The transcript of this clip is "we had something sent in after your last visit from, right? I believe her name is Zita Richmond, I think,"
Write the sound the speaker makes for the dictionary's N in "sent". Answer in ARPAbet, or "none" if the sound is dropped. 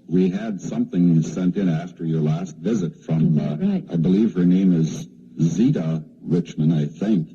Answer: N